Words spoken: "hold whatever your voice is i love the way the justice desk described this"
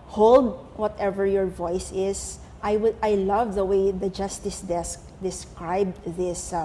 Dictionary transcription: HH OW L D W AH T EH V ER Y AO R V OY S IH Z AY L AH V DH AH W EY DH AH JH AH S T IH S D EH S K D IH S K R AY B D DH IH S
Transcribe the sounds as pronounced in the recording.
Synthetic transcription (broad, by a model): HH OW L D W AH T EH V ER Y AO R V OY S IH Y AY L AH V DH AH W EY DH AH JH AH S T IH S D EH S K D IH S K R AY B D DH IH S